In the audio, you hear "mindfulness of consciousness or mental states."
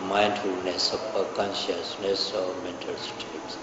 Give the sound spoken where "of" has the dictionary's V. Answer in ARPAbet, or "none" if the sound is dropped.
P